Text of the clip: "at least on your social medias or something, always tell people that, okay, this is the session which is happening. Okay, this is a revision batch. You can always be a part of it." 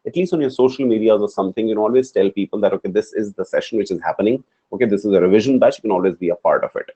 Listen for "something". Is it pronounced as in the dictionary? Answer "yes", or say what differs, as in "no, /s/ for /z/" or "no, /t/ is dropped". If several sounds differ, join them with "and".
no, /t/ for /θ/